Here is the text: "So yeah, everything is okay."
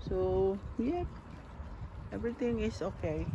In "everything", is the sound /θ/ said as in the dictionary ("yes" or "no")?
no